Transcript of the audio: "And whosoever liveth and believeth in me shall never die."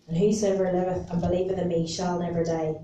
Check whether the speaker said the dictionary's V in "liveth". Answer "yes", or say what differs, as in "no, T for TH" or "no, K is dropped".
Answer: yes